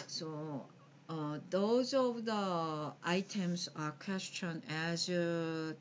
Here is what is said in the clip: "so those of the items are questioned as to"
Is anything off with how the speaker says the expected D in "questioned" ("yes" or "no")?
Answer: yes